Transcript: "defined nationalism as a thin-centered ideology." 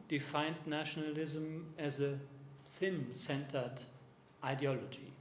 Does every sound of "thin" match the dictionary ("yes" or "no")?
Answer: yes